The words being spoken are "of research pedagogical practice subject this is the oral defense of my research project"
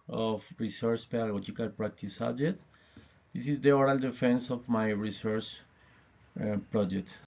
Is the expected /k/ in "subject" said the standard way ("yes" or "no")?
no